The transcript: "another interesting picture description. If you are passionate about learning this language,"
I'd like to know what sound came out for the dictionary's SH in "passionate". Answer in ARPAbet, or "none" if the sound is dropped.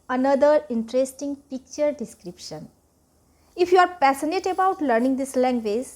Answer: S